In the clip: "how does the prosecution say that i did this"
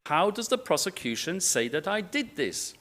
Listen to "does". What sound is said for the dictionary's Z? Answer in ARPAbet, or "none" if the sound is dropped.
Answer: Z